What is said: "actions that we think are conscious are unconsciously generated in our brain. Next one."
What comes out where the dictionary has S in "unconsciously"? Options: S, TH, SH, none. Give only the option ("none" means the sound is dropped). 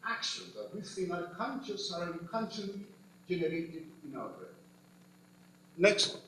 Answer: none